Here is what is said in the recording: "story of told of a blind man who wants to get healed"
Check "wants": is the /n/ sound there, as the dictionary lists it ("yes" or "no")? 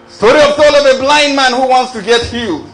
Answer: yes